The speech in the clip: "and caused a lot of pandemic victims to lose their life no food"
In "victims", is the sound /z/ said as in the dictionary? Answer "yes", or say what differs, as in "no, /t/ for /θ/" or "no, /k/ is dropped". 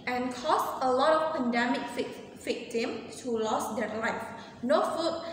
no, /z/ is dropped